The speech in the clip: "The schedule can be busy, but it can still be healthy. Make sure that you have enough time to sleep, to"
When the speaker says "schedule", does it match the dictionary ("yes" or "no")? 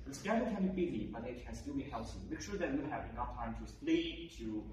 no